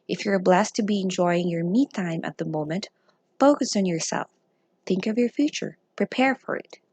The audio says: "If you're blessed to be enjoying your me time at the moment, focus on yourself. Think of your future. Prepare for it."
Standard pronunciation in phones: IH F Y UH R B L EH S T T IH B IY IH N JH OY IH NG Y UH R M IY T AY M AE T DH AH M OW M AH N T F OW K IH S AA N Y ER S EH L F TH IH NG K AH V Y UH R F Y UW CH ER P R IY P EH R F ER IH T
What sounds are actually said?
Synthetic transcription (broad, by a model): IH F Y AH R B L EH S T T IH B IY IH N JH OY IH NG Y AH R M IY T AY M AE T DH AH M OW M AH N T F OW K IH S N Y ER S EH L F TH IH NG K AH V Y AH R F Y UW CH ER P R IY P EH R F ER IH T